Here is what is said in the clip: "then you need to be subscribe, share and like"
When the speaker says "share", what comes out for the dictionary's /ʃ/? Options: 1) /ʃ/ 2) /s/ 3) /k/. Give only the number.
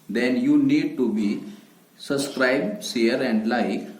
2